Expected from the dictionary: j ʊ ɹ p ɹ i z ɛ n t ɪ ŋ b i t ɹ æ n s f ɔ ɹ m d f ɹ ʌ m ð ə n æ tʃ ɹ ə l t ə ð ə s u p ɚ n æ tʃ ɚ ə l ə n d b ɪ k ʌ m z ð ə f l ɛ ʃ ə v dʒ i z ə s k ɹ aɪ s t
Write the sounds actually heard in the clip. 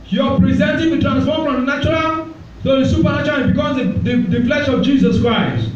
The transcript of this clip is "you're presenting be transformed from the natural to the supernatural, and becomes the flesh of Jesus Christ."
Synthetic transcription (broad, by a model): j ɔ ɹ p ɹ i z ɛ n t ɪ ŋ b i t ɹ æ n s f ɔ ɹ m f ɹ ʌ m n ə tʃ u ɹ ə l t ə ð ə s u p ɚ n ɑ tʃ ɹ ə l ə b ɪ k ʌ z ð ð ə f l ɛ ʃ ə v dʒ i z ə s k ɹ aɪ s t